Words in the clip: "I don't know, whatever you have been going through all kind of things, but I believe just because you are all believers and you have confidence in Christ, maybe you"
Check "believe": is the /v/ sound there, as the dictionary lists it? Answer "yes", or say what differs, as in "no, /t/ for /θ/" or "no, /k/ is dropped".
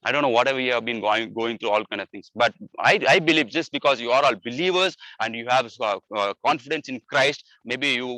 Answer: yes